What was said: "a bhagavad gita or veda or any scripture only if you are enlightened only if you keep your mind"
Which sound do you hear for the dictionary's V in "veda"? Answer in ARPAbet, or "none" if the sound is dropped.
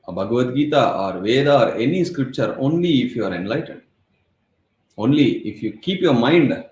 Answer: V